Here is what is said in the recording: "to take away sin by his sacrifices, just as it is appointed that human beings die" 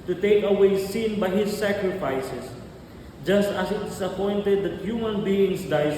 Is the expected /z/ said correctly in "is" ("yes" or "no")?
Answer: no